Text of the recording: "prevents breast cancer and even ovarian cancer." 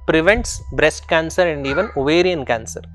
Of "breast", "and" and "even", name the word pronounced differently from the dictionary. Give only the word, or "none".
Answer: none